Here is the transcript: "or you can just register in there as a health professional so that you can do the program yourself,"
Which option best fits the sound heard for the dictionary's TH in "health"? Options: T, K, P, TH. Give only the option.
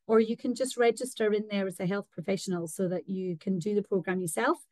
TH